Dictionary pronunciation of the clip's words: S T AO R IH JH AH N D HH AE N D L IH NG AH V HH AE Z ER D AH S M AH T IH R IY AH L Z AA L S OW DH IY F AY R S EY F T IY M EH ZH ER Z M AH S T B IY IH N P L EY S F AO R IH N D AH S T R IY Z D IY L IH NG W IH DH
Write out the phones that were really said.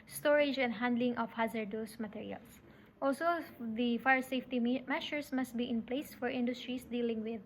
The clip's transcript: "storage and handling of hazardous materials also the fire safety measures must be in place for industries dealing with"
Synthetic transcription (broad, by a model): S T AO R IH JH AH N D HH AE N D L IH NG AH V HH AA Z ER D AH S M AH T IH R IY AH L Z AA L S OW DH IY F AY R S EY F T IY M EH SH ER S M AH S T B IY IH N P L EY S F AO R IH N D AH S T R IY S D IY L IH NG W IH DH